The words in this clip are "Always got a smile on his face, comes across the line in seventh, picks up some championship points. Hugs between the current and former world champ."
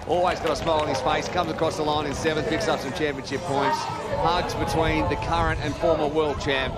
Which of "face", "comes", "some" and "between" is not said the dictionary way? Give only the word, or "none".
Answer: none